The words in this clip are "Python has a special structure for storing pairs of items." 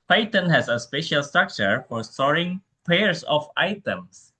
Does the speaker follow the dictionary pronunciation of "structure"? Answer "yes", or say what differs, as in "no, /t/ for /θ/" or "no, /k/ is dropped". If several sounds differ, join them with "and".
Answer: yes